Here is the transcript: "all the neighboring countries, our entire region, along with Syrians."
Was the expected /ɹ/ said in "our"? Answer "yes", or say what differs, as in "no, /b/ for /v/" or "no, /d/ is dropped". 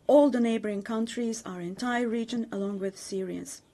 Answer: yes